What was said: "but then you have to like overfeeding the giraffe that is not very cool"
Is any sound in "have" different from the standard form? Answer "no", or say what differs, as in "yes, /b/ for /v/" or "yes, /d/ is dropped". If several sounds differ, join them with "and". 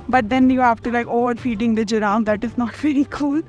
yes, /f/ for /v/